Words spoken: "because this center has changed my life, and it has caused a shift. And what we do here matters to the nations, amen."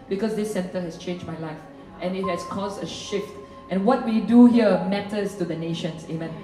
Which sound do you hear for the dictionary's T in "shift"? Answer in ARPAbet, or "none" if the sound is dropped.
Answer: T